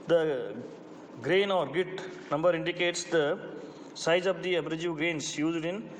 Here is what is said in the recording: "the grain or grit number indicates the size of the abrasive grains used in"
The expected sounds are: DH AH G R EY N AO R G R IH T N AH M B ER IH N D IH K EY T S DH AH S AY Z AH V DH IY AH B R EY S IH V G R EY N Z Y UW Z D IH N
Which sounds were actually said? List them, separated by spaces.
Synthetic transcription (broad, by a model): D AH G R EY N AO R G IH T N AH M B ER IH N D IH K EY T S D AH S AY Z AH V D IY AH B R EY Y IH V G R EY N S Y UW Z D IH N